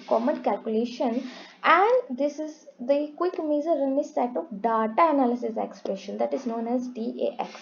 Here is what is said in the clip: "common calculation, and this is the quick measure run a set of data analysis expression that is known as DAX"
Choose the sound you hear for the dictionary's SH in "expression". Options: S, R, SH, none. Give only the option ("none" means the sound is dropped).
SH